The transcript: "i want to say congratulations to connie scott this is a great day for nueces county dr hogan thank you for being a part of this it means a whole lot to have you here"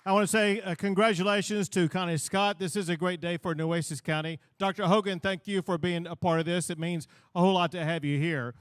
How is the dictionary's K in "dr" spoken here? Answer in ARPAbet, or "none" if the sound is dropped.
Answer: K